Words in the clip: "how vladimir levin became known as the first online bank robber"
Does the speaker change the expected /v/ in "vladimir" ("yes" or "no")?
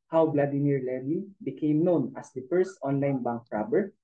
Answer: yes